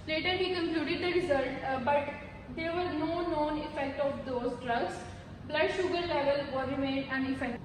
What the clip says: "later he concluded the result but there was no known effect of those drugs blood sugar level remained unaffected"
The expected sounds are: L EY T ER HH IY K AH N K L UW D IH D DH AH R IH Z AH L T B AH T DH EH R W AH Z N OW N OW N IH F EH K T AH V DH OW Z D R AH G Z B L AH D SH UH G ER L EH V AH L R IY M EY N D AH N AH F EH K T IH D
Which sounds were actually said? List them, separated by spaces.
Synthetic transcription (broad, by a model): L EY T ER HH IY K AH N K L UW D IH D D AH R IH Z AH L T B AH T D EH R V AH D N OW N OW N IH F EH K T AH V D OW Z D R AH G S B L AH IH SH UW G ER L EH V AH L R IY M EY D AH N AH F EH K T